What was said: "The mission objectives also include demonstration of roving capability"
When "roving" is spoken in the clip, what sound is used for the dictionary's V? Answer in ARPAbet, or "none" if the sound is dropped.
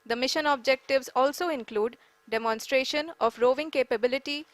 V